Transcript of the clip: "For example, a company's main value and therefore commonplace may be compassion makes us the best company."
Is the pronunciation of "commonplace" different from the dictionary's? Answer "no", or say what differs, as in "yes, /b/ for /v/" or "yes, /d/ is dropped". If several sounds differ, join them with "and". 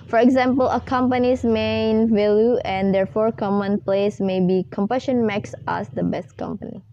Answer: no